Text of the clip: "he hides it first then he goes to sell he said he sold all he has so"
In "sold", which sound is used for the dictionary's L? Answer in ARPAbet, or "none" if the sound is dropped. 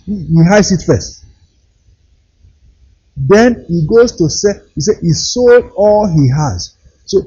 L